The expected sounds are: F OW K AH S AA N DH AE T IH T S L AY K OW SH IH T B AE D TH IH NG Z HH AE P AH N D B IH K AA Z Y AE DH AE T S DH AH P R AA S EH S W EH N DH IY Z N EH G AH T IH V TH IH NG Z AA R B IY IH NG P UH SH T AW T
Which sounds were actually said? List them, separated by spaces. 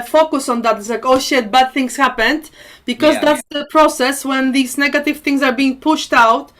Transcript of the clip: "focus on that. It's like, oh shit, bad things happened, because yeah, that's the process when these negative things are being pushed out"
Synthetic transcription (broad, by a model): F OW K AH S AA N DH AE T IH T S L AY K OW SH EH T B AE D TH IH NG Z HH AE P AH N D B IH K AA Z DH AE T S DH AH P R AA S EH S W EH N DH IY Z N EH G AH T IH V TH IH NG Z AA R B IY IH NG P UH SH T AW T